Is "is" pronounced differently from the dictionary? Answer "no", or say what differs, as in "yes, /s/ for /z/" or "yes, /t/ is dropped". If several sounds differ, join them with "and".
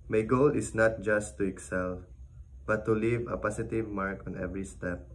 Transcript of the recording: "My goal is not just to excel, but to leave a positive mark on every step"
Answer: yes, /s/ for /z/